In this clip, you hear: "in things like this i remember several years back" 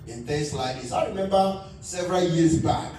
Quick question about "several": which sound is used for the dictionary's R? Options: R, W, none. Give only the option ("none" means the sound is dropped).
R